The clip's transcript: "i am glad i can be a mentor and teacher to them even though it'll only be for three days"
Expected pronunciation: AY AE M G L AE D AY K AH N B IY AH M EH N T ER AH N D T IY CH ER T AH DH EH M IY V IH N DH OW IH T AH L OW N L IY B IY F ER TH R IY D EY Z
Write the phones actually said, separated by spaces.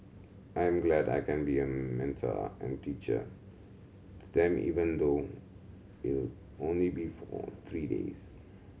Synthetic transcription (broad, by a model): AY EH M G L AE D AY K AH N B IY AH M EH N T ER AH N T IY CH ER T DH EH M IY V IH N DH OW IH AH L OW N L IY B IY F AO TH R IY D EY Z